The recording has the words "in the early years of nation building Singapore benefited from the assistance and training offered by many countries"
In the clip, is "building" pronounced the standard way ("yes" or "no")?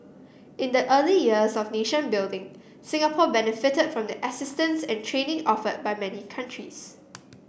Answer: yes